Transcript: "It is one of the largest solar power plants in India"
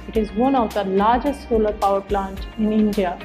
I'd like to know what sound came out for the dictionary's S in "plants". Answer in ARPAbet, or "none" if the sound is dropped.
none